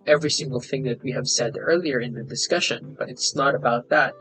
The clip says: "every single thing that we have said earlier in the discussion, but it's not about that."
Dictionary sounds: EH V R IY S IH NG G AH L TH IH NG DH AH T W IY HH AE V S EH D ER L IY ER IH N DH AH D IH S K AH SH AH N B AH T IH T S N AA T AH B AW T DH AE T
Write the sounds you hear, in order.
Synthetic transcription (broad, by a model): EH V R IY S IH NG G AH L TH IH NG DH AH T W IY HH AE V S EH D ER L IY ER IH N DH AH D IH S K AH SH AH N B AH T IH T S N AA T AH B AW T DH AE T